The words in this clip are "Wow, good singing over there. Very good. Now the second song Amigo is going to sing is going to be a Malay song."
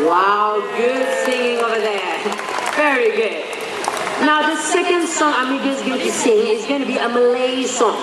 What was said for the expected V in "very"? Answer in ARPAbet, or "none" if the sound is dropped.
V